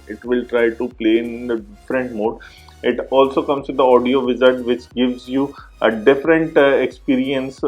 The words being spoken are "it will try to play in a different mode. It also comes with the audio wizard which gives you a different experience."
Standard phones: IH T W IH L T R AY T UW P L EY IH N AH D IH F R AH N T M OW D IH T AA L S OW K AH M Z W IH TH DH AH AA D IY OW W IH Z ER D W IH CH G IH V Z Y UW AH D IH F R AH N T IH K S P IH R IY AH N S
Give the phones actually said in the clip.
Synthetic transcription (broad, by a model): IH T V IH L T R AY T UW P L EY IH N AH D IH F R AH N T M OW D IH T AA L S OW K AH M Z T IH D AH AA D IY OW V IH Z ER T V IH CH G IH V Z Y UW AH D IH F R AH N T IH K S P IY R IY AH N S